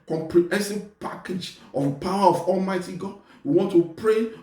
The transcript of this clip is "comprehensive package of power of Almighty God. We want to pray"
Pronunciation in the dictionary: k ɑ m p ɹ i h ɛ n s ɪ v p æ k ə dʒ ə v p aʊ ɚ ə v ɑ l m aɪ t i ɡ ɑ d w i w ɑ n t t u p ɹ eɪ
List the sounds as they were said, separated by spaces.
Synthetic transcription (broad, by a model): k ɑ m p ɹ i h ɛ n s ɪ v p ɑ k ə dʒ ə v p aʊ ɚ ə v ɑ l m aɪ t i ɡ ɑ d w i w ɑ n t t u p ɹ eɪ